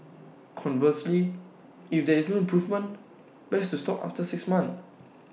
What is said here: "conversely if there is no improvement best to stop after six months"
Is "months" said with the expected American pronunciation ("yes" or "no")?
no